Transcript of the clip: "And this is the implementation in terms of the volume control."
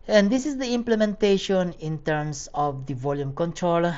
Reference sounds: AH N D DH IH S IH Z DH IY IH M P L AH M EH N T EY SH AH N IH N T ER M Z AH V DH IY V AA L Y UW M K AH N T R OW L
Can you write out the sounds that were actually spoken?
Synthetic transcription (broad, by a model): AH N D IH S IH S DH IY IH M P L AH M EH N T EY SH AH N IH N T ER M S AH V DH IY V AA L Y UW M K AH N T R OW L